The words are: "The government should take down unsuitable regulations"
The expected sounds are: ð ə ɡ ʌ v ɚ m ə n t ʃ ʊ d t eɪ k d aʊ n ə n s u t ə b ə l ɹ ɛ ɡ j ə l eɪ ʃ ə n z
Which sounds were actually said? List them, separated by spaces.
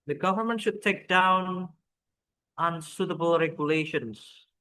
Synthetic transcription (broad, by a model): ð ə ɡ ʌ v ɚ m ə n t ʃ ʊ d t eɪ k d aʊ n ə n s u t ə b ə l ɹ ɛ ɡ j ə l eɪ ʃ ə n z